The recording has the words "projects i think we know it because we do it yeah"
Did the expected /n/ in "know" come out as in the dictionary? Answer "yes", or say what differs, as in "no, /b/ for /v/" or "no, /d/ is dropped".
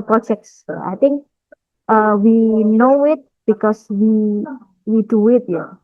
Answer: yes